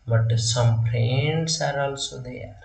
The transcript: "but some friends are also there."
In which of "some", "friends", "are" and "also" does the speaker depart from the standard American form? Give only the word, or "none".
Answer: friends